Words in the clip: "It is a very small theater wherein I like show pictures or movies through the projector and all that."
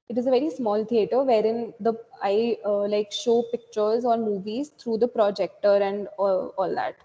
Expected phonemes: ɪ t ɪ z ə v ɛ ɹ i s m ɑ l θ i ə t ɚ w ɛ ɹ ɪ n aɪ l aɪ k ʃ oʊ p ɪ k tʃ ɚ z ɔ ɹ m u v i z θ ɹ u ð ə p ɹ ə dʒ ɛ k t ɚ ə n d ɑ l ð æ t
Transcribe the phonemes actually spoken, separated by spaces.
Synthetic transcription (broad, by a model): ɪ t ɪ z ə v ɛ ɹ i s m ɑ l t i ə t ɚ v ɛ ɹ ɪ n aɪ l aɪ k ʃ oʊ p ɪ k tʃ ɚ z ɔ ɹ m u v i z t ɹ u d ə p ɹ ə dʒ ɛ k t ɚ ə n d ɑ l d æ t